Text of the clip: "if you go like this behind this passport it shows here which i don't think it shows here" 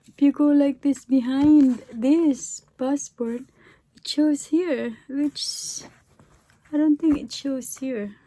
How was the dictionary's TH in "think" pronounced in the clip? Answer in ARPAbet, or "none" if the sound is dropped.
T